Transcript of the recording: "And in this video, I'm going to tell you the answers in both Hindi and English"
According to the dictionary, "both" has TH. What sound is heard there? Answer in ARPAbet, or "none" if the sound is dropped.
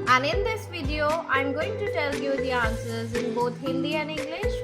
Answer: T